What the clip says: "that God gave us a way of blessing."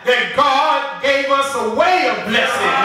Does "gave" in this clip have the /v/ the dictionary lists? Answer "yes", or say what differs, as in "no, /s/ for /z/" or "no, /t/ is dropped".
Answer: yes